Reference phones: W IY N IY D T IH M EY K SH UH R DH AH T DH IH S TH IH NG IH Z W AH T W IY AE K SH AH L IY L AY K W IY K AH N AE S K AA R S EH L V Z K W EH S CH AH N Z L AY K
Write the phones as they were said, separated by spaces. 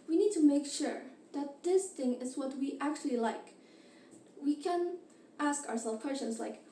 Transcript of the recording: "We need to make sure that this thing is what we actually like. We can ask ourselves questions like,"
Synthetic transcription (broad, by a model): W IY N IY D T IH M EY K SH UH R DH AH T DH IH S TH IH NG IH Z W AH T W IY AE K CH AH L IY L AY K W IY K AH N AE S K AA R S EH L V K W EH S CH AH N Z L AY K